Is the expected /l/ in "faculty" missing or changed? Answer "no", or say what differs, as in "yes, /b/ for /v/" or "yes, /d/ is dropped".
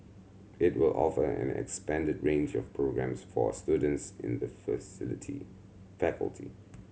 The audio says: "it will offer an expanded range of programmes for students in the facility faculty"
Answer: no